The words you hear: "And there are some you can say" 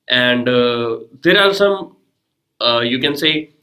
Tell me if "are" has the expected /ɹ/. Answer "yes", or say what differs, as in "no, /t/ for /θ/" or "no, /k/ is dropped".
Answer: no, /l/ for /ɹ/